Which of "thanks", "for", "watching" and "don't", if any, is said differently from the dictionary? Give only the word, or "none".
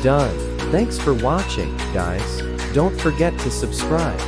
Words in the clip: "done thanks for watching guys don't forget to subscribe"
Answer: none